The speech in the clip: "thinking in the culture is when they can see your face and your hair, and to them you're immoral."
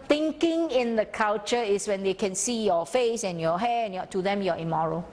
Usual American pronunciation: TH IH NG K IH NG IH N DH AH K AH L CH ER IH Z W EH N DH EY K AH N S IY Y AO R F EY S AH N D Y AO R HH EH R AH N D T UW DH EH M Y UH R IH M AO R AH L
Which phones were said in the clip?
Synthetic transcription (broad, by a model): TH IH NG K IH NG IH N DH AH K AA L CH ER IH S W EH N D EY K AH N S IY Y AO F EY S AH N Y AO HH EH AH N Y T UW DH EH M Y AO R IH M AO R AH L